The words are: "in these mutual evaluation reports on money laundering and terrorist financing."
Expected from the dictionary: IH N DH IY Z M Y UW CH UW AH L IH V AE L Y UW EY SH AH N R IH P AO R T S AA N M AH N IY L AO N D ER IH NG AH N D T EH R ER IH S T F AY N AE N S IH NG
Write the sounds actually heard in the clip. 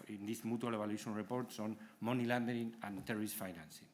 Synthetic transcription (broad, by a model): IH N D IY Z M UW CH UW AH L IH B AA L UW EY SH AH N R IH P AO R T S AA N M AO N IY L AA N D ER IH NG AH N T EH R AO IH S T F AY N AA N S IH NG